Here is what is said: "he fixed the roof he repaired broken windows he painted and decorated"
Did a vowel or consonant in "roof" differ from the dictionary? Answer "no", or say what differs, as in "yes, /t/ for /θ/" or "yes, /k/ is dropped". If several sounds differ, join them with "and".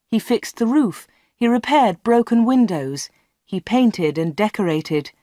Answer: no